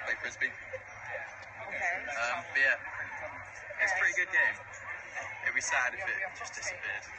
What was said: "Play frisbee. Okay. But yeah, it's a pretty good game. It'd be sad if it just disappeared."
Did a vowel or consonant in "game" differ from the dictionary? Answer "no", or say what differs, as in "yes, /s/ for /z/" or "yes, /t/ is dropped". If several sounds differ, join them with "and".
yes, /m/ is dropped